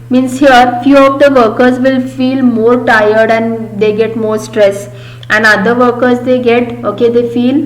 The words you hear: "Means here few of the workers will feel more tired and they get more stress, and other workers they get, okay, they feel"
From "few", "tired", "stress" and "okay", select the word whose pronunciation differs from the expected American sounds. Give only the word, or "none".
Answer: none